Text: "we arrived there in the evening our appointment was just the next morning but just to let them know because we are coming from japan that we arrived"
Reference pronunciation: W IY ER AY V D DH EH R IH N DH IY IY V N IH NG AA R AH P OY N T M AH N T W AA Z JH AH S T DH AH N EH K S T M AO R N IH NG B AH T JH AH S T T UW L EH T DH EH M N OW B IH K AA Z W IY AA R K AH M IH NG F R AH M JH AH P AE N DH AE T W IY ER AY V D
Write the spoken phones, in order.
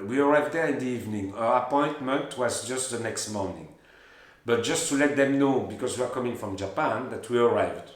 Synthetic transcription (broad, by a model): W IY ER AY V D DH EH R IH N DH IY IY V N IH NG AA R AH P OY N T M AH N T W AA Z JH AH S T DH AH N EH K S T M AO R N IH NG B AH T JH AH S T T UW L EH T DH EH M N OW B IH K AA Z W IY AA R K AH M IH NG F R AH M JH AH P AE N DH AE T W IY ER AY V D